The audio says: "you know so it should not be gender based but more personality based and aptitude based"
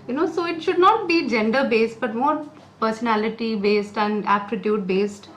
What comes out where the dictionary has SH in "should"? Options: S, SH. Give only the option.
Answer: SH